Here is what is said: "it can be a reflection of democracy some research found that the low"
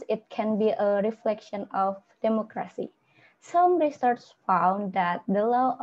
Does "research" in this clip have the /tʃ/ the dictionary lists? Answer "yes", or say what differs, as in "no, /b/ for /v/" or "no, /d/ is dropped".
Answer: no, /s/ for /tʃ/